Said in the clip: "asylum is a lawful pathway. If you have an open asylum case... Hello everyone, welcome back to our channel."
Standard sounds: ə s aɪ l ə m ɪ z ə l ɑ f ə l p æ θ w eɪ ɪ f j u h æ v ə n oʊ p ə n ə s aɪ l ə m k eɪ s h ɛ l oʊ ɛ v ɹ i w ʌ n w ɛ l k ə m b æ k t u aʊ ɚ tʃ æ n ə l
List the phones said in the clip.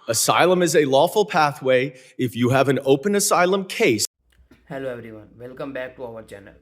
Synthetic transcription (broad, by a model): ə s aɪ l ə m ɪ z ə l ɑ f ə l p æ θ w eɪ ɪ f j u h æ v ə n oʊ p ə n ə s aɪ l ə m k eɪ s h ɛ l oʊ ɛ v ɹ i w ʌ n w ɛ l k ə m b æ k t u aʊ ɚ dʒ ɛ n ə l